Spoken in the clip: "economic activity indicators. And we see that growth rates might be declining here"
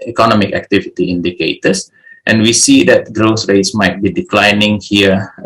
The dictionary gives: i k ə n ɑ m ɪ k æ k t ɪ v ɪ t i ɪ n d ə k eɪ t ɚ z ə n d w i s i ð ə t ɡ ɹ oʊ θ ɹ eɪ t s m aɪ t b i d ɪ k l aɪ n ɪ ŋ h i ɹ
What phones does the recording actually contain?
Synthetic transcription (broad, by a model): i k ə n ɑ m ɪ k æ k t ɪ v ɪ t i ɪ n d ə k eɪ t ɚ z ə n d w i s i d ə t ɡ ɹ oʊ s ɹ eɪ t s m aɪ t b i d ɪ k l aɪ n ɪ ŋ h i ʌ